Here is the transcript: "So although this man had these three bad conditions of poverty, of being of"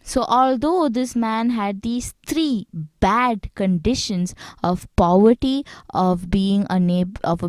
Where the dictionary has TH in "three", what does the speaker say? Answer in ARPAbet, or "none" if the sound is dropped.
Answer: T